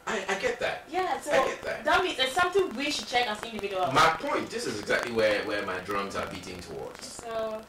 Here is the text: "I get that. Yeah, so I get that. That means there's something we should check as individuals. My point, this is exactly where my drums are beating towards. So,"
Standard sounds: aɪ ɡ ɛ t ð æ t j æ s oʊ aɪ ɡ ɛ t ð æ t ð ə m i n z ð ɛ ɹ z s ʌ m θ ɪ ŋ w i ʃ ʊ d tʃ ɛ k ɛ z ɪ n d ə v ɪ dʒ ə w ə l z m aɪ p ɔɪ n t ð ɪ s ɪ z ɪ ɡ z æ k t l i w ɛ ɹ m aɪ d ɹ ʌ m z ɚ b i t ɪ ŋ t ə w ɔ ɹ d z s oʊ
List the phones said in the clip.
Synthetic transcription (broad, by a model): aɪ ɡ ɛ t ð æ t j æ s oʊ aɪ ɡ ɛ t ð æ t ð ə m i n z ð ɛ s ʌ m θ ɪ ŋ w i ʃ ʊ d tʃ ɛ k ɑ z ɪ n d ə v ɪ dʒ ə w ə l m aɪ p ɔɪ n t ð ɪ s ɪ z ɪ ɡ z æ k t l i w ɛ w m aɪ d ɹ ʌ m z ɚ b i t ɪ ŋ t ə w ɔ ɹ d z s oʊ